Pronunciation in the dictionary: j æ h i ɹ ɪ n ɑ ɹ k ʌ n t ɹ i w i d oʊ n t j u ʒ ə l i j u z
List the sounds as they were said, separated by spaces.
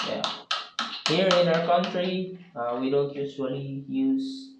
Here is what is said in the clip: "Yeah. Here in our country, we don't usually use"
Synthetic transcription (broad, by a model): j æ h i ɹ ɪ n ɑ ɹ k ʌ n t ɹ i w i d oʊ n t j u s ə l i j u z